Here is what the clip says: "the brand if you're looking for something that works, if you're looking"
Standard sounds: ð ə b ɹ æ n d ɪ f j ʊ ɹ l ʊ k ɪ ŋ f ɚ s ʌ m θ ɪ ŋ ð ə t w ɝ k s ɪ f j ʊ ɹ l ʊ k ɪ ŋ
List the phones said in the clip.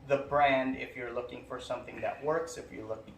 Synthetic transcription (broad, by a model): ð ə b ɹ æ n d ɪ f j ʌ ɹ l ʊ k ɪ ŋ f ɚ s ʌ m θ ɪ ŋ ð ə t w ɝ k s ɪ f j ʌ ɹ l ʊ k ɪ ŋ